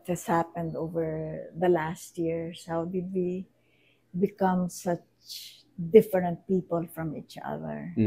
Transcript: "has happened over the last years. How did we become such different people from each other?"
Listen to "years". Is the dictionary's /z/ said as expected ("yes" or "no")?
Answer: no